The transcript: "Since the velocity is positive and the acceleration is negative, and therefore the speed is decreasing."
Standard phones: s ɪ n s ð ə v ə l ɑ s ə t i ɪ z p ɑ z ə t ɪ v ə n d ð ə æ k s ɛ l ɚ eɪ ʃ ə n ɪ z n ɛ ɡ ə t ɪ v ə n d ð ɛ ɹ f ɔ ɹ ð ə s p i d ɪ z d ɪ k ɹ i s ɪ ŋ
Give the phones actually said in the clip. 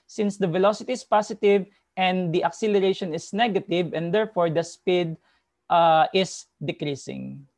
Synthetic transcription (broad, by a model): s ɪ n s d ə v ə l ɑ s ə t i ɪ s p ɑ s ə t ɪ v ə n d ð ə k s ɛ l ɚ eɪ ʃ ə n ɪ s n ɛ ɡ ə t ɪ v ə n d ɛ ɹ f ɔ ɹ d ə s p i d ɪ s d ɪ k ɹ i s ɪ ŋ